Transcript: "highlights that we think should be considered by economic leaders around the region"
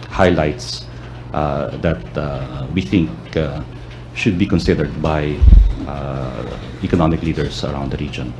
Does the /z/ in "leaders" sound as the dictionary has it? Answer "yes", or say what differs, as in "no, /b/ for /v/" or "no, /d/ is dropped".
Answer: no, /s/ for /z/